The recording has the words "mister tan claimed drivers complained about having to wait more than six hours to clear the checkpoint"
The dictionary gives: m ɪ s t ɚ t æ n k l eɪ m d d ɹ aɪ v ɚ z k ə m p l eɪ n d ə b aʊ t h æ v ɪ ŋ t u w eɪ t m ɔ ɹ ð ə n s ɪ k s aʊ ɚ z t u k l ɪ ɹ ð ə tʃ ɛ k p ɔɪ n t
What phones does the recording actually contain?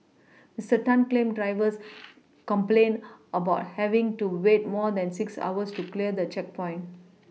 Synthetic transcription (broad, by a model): m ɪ s t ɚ t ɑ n k l eɪ m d d ɹ aɪ v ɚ s k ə m p l eɪ n ə b aʊ t h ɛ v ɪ ŋ t u w eɪ t m ɔ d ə n s ɪ k s aʊ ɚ s t u k l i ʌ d ə tʃ ɛ k p ɔɪ n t